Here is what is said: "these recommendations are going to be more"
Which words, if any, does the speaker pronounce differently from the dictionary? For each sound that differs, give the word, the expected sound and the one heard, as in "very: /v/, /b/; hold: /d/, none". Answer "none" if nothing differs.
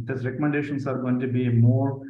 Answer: recommendations: /z/, /s/